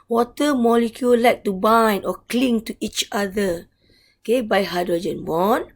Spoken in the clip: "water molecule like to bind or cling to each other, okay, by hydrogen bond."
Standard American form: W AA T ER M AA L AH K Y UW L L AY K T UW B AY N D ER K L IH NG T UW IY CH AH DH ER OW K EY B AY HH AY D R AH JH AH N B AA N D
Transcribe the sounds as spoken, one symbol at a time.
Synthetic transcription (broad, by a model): W AA T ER M AA L AH K Y UW L L AY K T UW B AY N AO K L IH NG T UW IY CH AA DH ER OW K EY B AY HH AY D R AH JH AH N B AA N